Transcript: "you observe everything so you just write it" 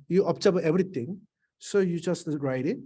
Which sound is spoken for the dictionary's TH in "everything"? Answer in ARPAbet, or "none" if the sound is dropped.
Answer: T